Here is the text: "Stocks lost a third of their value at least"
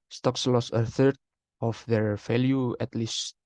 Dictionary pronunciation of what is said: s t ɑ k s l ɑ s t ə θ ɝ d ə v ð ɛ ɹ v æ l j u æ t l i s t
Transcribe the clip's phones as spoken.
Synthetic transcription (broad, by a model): s t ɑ k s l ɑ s ə θ ɝ d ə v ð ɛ ɹ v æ l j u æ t l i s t